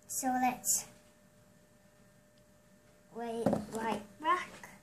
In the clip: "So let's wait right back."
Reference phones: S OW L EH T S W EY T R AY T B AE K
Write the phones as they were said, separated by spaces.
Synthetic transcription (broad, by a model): S OW L EH T S W EY T L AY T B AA K